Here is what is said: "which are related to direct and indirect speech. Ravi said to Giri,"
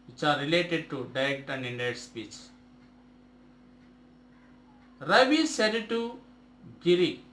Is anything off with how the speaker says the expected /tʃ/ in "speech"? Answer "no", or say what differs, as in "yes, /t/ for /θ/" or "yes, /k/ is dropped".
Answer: no